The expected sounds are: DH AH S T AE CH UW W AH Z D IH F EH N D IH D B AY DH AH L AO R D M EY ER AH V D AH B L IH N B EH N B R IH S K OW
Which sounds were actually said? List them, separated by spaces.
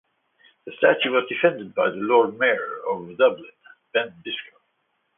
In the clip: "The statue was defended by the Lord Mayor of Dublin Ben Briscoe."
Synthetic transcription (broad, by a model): DH AH S T AE CH UW W AH Z D IH F EH N D IH D B AY DH AH L AO R D M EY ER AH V D AH B L IH N B EH N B IH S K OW